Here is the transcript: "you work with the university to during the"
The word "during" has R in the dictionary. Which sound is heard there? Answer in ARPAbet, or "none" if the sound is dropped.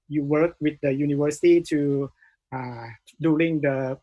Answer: L